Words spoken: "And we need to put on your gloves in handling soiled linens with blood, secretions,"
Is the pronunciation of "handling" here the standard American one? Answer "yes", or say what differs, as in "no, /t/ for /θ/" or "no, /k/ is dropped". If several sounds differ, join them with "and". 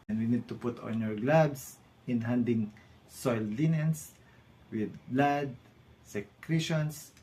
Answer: no, /l/ is dropped